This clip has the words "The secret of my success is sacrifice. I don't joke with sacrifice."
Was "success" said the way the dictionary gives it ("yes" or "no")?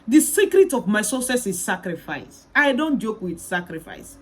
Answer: no